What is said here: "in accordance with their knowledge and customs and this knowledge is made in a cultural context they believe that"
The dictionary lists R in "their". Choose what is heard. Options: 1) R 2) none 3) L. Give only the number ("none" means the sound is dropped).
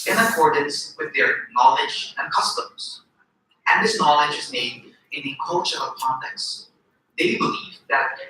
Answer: 1